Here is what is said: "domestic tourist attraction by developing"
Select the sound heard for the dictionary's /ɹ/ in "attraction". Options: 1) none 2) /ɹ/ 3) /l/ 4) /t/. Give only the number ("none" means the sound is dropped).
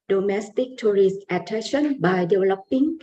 1